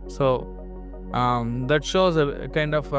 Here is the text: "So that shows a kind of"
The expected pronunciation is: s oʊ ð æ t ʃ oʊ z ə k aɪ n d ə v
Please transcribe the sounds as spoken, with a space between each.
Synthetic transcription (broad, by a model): s oʊ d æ t ʃ oʊ z ə k aɪ n d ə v